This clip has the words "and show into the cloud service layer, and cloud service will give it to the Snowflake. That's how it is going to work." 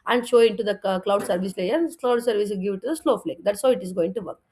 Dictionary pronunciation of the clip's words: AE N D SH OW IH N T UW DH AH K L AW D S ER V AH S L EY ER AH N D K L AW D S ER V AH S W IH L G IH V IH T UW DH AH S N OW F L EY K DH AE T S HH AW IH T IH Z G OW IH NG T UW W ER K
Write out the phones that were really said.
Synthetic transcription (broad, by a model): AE N D SH OW IH N T UW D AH K L AW D S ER V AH S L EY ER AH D K L AW D S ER V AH S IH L G IH V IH T UW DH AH S L OW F L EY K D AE T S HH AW IH T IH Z G OW IH NG T UW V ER K